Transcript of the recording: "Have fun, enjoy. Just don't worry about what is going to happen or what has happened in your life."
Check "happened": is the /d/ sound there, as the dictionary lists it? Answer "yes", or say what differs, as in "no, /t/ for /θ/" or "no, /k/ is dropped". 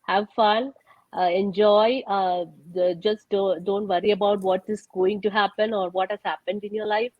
yes